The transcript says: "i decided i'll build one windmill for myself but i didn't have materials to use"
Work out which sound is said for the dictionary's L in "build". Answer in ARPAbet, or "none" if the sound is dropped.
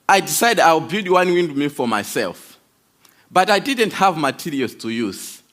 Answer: none